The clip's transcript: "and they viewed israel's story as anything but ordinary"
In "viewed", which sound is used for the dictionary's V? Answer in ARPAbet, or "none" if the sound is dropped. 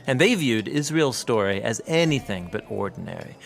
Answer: V